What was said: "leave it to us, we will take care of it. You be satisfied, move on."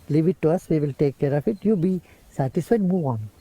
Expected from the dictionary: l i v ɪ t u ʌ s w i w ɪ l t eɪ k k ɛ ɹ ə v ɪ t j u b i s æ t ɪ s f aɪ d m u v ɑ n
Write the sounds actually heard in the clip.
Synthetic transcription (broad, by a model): l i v ɪ t u ʌ s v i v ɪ l t eɪ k k ɛ ɹ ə f ɪ t j u b i s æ t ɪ s f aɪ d m u v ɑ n